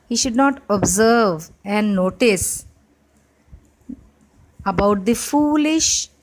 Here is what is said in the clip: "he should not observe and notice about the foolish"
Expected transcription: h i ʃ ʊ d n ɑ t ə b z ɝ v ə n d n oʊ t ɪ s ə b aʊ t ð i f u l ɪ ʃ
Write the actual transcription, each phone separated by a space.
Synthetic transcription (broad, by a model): h i ʃ ʊ d n ɑ t ə b z ɝ v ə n n oʊ t ɪ s ə b aʊ t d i f u l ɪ ʃ